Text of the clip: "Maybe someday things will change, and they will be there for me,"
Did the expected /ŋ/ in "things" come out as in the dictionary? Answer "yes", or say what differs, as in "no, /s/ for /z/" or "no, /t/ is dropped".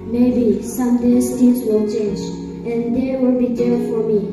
no, /ŋ/ is dropped